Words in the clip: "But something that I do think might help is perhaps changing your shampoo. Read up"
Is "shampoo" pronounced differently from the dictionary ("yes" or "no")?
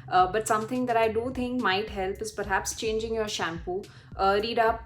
no